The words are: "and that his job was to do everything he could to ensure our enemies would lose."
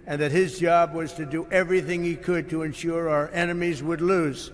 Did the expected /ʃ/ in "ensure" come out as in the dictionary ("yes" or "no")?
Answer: yes